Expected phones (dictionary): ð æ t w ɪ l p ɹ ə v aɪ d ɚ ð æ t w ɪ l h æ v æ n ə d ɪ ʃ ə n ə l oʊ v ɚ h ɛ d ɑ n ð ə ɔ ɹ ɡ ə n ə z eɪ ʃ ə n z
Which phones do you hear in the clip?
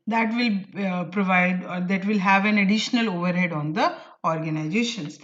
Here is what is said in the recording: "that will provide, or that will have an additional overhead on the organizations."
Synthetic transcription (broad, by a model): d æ t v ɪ l p ɹ ə v aɪ d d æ t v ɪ l h æ v æ n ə d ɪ ʃ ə n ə l oʊ v ɚ h ɛ d ɑ n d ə ɔ ɹ ɡ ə n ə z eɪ ʃ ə n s